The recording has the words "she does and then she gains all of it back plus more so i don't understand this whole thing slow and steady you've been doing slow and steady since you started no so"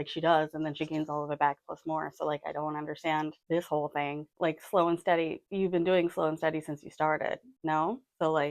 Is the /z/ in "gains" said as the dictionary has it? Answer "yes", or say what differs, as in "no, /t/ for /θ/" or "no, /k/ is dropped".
yes